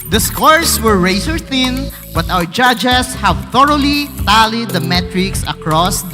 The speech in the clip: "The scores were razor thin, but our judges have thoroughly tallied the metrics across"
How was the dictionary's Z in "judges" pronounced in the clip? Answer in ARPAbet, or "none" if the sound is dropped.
S